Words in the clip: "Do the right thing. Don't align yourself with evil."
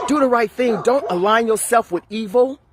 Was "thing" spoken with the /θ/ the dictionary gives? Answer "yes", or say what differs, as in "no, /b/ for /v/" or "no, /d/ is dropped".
yes